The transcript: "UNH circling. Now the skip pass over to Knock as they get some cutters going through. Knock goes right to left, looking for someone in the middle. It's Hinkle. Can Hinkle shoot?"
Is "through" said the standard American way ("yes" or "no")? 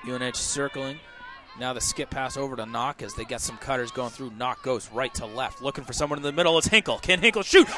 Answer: yes